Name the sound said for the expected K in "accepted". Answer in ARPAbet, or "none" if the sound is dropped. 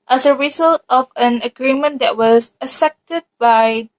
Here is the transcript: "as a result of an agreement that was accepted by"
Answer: none